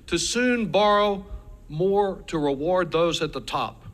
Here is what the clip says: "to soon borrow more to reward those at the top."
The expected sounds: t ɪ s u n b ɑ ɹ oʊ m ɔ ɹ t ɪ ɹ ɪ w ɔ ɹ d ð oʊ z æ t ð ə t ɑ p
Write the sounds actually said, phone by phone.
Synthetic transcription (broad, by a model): t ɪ s u n b ɑ ɹ oʊ m ɔ ɹ t ɪ ɹ ɪ w ɔ ɹ d ð oʊ z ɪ t ð ə t ɑ p